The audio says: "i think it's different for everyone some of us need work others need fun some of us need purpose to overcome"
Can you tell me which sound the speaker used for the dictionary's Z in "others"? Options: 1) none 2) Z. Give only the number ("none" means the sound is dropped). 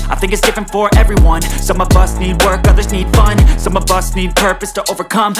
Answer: 2